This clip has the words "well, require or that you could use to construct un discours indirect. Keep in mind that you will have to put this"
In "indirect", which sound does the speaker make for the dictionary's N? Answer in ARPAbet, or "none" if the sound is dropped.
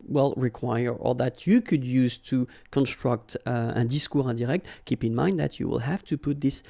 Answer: none